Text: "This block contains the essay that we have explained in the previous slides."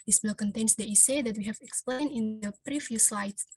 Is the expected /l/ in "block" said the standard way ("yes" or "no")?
no